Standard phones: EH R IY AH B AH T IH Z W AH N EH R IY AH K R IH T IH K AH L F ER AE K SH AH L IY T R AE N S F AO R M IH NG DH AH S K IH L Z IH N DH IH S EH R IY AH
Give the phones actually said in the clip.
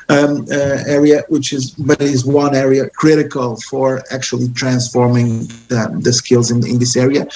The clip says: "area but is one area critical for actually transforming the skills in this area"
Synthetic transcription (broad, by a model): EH R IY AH B AH T IH Z W AH N EH R IY AH K R IH T IH K AH L F ER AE K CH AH L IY T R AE N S F AO R M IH NG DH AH S K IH L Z IH N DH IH S EH R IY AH